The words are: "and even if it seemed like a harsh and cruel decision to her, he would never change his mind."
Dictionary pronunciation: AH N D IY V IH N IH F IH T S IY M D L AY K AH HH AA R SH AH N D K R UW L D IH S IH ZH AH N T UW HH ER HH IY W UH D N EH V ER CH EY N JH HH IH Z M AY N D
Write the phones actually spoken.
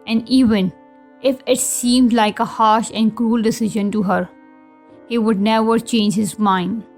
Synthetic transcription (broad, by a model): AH N D IY V IH N IH F IH T S IY M D L AY K AH HH AA R SH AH N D K R UW L D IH S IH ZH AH N T UW HH ER HH IY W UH D N EH V ER CH EY N JH HH IH Z M AY N D